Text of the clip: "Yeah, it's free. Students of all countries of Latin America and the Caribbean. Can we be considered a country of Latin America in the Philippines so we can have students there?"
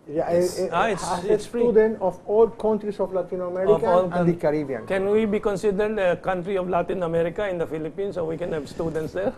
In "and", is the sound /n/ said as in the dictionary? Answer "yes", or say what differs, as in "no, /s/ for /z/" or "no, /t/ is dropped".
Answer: no, /l/ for /n/